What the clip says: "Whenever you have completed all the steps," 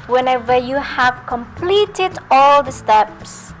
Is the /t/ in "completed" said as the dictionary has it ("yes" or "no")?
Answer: yes